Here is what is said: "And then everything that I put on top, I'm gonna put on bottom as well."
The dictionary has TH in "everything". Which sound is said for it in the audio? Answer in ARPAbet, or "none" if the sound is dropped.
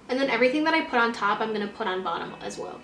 TH